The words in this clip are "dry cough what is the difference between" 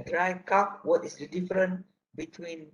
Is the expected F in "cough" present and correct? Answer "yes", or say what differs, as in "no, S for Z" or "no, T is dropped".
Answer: no, P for F